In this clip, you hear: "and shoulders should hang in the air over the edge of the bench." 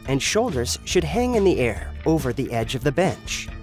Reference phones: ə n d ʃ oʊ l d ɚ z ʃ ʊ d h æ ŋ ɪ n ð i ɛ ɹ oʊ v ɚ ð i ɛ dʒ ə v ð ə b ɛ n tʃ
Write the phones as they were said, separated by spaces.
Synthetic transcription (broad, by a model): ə n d ʃ oʊ l d ɚ z ʃ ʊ d h æ ŋ ɪ n ð i ɛ ɹ oʊ v ɚ ð i ɛ dʒ ə v ð ə b ɛ n tʃ